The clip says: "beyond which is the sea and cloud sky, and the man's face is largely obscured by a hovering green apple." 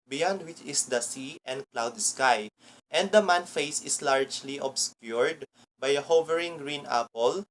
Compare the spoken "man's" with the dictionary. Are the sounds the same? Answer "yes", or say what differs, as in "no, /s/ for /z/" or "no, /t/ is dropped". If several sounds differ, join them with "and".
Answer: no, /z/ is dropped